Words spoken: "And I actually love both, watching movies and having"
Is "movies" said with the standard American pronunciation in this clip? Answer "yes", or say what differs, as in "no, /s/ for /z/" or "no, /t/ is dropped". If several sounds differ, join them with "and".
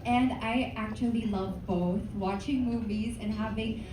yes